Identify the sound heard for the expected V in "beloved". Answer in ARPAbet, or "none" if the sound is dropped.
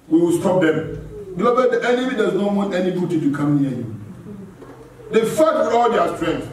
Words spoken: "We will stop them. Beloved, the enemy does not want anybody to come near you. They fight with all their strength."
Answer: B